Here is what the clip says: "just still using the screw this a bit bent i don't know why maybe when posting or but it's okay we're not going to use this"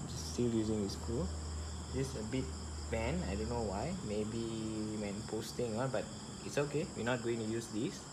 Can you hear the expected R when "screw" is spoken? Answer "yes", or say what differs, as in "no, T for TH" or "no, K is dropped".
no, R is dropped